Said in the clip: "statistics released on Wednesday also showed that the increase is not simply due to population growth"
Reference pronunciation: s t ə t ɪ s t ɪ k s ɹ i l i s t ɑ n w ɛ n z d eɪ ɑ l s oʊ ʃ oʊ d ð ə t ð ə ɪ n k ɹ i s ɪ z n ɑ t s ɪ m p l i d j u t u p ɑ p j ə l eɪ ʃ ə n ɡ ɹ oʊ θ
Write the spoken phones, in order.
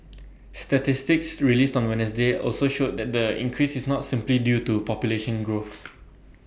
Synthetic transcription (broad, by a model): s t ə t ɪ s t ɪ k s ɹ i l i s t ɑ n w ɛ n s d eɪ ɑ l s oʊ ʃ oʊ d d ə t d ə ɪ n k ɹ i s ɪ s n ɑ t s ɪ m p l i d j u t u p ɑ p j ə l eɪ ʃ ə n ɡ ɹ oʊ θ